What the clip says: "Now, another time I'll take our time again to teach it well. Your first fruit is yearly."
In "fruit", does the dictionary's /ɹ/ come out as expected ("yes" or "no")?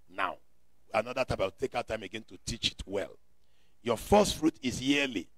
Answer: yes